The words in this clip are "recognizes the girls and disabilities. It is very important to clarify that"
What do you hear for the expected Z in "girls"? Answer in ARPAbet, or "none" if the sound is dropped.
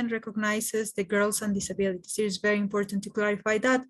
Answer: S